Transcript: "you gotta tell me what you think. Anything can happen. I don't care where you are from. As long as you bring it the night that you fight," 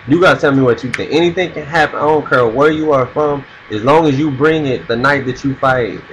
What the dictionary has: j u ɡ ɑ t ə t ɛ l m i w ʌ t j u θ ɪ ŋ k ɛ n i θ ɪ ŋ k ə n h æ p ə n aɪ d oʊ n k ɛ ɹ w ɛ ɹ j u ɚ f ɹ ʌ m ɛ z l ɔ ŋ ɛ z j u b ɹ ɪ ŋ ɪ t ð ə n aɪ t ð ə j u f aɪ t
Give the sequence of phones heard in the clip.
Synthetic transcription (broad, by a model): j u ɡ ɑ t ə t ɛ l m i w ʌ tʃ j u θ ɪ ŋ ɛ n i θ ɪ ŋ k ə n h æ p ə n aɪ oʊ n k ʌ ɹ w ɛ ɹ j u ɚ f ɹ ʌ m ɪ z l ɔ ŋ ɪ z j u b ɹ ɪ ŋ ɪ t ð ə n aɪ t ð ə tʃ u f aɪ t